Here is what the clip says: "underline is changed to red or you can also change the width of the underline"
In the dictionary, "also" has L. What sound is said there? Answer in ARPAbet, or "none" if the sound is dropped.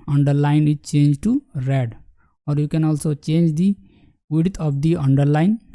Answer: L